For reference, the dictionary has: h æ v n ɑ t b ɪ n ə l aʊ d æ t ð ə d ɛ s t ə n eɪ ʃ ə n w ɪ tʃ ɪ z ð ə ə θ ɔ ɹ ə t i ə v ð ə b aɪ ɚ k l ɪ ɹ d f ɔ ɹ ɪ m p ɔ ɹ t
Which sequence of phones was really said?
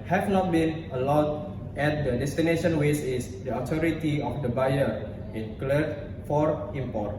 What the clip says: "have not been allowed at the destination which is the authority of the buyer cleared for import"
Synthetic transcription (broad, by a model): h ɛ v n ɑ t b ɪ n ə l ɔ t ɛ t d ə d ɛ s t ə n eɪ ʃ ə n w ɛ s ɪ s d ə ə t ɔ ɹ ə t i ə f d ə b aɪ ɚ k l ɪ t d f ɔ ɹ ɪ m p ɔ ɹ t